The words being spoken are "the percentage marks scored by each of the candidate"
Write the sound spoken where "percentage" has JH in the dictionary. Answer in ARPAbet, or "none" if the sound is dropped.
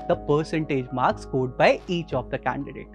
JH